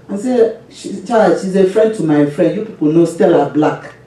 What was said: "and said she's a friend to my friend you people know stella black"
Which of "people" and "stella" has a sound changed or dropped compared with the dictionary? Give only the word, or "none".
none